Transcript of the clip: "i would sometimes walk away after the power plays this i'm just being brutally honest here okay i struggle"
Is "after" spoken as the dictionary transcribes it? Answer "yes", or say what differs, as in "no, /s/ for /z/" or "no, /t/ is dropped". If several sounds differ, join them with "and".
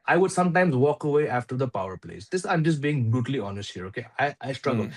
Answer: yes